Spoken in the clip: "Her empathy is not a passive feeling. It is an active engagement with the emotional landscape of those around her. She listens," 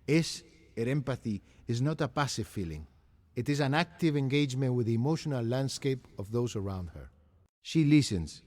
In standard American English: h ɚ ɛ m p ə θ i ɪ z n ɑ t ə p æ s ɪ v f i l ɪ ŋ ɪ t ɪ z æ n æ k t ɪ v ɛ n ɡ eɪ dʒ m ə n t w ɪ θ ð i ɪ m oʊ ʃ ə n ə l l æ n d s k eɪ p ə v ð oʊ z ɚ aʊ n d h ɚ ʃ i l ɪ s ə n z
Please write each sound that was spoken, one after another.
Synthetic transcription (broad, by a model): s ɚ ɛ m p ə θ i ɪ z n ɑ t ə p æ s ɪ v f i l ɪ ŋ ɪ t ɪ z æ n æ k t ɪ v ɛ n ɡ eɪ dʒ m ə n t w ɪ ð i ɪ m oʊ ʃ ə n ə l l æ n d s k eɪ p ə v ð oʊ z ɚ aʊ n d h ɚ ʃ i l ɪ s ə n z